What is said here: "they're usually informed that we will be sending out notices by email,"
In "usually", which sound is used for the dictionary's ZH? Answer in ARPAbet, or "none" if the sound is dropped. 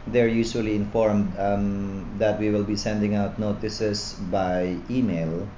S